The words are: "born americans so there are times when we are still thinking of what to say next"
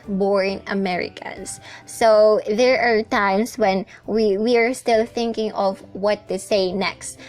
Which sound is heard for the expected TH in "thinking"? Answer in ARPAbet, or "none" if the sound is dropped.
TH